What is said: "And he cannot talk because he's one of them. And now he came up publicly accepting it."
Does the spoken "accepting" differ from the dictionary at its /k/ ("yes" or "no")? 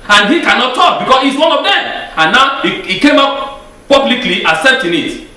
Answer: yes